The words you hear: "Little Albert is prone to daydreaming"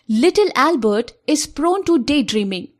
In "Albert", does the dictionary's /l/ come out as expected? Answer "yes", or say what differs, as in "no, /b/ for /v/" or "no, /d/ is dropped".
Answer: yes